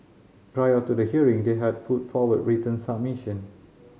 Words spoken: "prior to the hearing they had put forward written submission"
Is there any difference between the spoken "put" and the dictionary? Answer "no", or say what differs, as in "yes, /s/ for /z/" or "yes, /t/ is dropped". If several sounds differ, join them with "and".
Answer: yes, /f/ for /p/